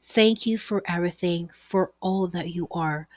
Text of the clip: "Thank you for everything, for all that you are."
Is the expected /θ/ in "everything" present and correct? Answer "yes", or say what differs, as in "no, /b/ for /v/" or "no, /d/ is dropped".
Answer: yes